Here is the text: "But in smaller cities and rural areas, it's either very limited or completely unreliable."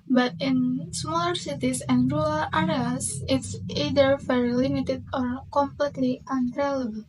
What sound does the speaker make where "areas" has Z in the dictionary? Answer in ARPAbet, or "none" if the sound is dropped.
S